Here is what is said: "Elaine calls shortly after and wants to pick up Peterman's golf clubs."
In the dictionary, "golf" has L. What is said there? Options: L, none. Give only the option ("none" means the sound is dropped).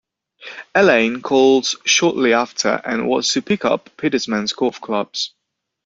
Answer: none